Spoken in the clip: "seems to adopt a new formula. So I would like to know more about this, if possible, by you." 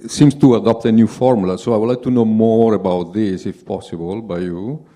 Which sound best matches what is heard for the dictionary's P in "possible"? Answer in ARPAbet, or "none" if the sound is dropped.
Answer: P